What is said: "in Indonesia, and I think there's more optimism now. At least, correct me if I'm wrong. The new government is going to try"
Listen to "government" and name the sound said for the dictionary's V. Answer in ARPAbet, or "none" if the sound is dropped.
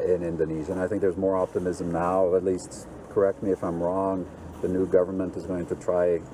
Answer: V